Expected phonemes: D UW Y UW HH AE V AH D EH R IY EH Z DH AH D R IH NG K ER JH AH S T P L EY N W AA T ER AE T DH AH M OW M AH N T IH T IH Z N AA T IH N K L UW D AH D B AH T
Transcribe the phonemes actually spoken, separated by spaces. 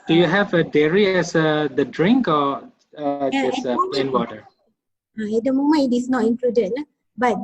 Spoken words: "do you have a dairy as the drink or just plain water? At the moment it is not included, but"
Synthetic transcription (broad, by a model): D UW Y UW HH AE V AH D EH R IY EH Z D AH D R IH NG K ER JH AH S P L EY N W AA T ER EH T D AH M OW M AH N IH T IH S N AA T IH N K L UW D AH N B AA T